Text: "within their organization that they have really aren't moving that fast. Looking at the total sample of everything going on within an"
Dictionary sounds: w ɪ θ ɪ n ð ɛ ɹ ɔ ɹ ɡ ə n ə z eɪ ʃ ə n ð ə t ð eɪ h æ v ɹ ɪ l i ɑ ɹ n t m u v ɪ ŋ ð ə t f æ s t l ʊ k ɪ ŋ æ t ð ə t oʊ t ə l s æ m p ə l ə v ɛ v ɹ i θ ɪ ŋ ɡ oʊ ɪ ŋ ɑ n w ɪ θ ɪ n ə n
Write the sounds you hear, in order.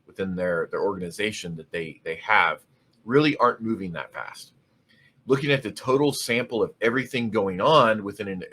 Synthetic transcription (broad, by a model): w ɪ θ ɪ n ð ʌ ɹ ɔ ɹ ɡ ə n ə z eɪ ʃ ə n ð ə t ð eɪ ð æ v ɹ ɪ l i ɑ ɹ n m u v ɪ ŋ ð ə t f æ s t l ʊ k ɪ ŋ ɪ t ð ə t oʊ t l s æ m p l ə v ɛ v ɹ i θ ɪ ŋ ɡ oʊ ɪ ŋ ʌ n w ɪ θ ɪ n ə n